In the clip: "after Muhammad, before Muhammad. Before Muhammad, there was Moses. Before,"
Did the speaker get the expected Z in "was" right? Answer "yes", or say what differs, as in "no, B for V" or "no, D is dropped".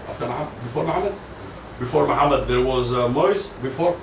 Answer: yes